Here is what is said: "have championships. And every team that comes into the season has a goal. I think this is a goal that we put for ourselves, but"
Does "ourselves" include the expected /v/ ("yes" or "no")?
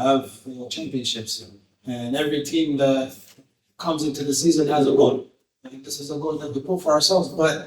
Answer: yes